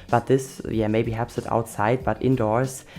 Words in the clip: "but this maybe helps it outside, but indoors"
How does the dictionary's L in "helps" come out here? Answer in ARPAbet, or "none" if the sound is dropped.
none